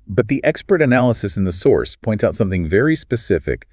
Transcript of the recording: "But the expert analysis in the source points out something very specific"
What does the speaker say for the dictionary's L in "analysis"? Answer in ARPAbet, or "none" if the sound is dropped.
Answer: L